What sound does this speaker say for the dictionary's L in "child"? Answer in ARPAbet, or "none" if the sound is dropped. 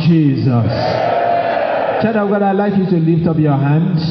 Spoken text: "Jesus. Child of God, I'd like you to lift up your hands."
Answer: none